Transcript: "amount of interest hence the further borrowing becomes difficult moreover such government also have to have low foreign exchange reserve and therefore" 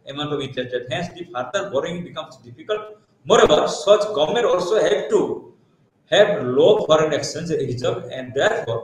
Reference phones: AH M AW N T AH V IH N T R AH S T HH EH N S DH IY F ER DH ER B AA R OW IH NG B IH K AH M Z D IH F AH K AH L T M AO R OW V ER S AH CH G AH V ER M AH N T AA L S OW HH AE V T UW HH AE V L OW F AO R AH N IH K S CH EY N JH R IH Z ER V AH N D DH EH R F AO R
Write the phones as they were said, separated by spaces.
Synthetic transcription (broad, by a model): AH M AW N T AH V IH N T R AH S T HH EH N S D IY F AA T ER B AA R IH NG B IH K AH M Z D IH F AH K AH L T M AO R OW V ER S AH CH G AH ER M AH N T AA L S OW HH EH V T UW HH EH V L OW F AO R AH N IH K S EY N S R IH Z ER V AH N D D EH R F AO R